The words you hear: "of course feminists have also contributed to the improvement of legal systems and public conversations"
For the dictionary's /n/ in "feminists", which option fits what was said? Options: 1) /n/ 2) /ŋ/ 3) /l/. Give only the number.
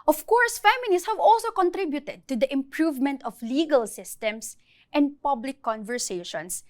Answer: 3